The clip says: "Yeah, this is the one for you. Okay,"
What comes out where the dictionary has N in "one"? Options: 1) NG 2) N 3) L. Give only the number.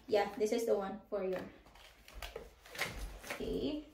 2